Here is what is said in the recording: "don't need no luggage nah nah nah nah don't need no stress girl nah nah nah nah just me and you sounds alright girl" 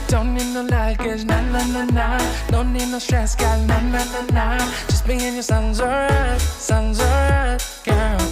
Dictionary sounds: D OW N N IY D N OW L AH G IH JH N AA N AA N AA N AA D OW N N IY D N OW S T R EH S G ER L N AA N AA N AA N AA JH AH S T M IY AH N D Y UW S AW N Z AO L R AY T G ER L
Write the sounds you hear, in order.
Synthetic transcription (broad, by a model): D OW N N IY D N OW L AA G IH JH N AA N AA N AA N AA D OW N N IY D N OW S T R EH S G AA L N AA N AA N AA N AA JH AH S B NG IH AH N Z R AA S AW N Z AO R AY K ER